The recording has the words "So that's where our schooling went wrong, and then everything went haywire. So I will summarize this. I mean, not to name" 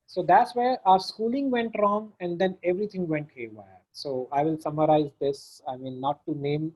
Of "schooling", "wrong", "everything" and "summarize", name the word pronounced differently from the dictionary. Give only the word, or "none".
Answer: everything